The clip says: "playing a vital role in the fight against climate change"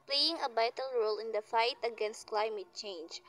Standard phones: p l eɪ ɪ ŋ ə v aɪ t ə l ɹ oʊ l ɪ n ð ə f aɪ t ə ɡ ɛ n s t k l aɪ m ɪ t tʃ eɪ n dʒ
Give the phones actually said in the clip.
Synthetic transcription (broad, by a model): p l eɪ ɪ ŋ ə b aɪ t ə l ɹ oʊ l ɪ n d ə f aɪ t ə ɡ ɛ n s t k l aɪ m ɪ t tʃ eɪ n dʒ